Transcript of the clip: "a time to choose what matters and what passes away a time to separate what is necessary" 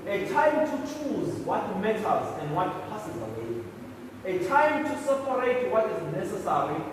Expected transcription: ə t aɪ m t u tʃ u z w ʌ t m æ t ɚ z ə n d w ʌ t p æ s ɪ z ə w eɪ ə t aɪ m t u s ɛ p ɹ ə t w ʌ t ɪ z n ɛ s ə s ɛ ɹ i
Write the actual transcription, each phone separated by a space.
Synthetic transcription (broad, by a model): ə t aɪ m t u tʃ u z w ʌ t m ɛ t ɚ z ə n d w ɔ t p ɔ s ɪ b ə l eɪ ə t aɪ m t u s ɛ p ɹ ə t w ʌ t ɪ z n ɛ s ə s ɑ ɹ i